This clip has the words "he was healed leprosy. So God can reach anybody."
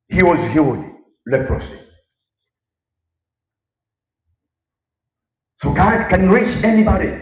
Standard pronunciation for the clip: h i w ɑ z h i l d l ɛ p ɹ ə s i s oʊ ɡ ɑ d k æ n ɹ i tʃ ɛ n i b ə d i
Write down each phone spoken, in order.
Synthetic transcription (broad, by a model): h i w ɑ z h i w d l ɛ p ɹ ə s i s oʊ ɡ ɑ d k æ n ɹ i tʃ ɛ n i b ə d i